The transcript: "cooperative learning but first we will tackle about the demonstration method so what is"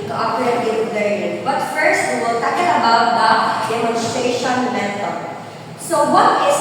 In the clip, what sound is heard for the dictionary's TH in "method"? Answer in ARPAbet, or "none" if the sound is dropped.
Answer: T